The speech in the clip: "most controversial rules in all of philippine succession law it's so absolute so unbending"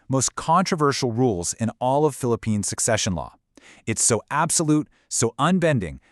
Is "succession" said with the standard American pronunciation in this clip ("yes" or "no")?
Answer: yes